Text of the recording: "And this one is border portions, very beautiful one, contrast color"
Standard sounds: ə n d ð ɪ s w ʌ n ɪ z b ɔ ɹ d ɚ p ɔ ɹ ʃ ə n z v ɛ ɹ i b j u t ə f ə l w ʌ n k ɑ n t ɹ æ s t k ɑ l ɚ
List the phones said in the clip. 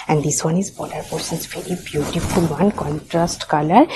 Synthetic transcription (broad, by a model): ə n d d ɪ s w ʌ n ɪ z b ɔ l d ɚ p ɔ ɹ s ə n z v ɛ ɹ i b j u t ə f ə l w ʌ n k ɑ n t ɹ æ s t k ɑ l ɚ